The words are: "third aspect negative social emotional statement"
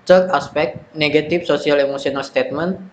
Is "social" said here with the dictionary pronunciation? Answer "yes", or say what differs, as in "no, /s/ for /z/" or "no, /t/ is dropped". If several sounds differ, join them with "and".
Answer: no, /s/ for /ʃ/